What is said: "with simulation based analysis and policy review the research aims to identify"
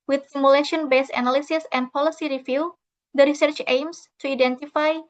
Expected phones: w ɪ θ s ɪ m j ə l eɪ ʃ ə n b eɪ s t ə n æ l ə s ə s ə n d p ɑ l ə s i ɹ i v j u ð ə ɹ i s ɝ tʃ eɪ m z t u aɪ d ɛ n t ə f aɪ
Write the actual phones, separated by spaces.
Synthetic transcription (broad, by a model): w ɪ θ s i m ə l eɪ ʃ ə n b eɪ s ə n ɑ l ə s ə s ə n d p ɑ l ə s i ɹ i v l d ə ɹ i s ɝ tʃ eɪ m s t u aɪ d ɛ n t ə f aɪ